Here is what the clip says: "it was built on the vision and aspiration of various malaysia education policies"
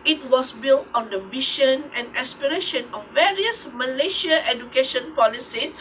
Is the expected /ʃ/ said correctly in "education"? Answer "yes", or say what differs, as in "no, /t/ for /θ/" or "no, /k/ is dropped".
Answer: yes